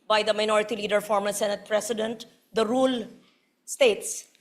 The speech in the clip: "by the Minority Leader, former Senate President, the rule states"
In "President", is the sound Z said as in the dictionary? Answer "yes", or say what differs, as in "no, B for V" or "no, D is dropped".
no, S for Z